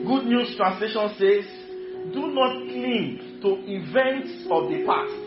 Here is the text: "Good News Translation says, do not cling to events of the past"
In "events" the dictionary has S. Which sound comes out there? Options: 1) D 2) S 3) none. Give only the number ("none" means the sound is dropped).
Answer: 2